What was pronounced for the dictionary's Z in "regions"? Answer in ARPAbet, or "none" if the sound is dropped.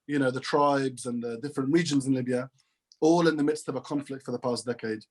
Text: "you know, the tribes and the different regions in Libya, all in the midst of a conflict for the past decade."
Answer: Z